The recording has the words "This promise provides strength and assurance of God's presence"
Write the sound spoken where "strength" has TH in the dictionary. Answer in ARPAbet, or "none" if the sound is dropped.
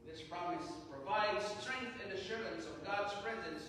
TH